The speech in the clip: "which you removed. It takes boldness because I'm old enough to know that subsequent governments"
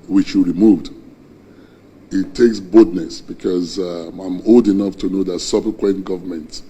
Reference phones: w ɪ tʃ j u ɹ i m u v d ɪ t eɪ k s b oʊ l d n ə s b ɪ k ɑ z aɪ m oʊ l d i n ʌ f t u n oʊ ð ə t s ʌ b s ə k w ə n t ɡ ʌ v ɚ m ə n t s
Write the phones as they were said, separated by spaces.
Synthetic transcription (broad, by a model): w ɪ tʃ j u ɹ i m u v d ɪ t eɪ k s b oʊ d n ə s b ɪ k ɑ z aɪ m oʊ l d i n ʌ f t u n oʊ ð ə t s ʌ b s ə k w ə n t ɡ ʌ v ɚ m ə n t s